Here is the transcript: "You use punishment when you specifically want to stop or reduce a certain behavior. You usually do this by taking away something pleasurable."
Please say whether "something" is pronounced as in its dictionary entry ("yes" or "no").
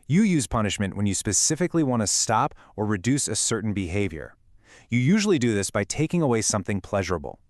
yes